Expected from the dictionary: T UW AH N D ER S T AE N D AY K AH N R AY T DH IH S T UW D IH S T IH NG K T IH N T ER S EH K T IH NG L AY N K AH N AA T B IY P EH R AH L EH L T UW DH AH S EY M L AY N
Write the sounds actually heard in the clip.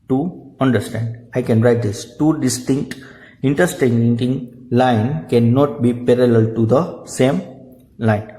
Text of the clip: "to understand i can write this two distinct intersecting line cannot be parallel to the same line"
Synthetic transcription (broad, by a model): T UW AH N D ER S T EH N D AY K AH N R AY T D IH S T UW D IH S T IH NG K T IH N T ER S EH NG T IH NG L AY N K AH N AA T B IY P EH R AH L EH L T UW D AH S EY M L AY N